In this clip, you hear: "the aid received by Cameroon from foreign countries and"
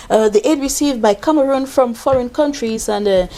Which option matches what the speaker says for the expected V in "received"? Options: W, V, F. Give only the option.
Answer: V